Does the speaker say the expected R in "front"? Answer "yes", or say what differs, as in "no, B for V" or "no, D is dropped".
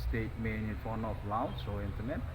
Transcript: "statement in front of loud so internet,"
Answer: no, R is dropped